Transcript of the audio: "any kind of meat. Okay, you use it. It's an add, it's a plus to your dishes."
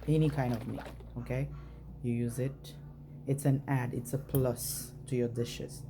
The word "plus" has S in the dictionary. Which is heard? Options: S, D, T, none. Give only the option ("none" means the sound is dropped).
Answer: S